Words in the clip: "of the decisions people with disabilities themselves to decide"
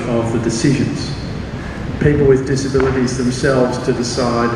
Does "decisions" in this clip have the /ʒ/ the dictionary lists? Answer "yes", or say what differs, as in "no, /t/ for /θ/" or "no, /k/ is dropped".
yes